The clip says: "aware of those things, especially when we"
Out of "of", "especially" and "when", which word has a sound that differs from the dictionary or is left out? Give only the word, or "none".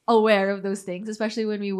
none